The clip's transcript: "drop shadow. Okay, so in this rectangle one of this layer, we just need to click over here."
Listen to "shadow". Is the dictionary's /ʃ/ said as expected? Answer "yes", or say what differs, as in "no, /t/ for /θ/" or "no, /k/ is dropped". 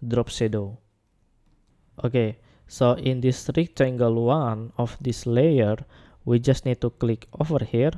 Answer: no, /s/ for /ʃ/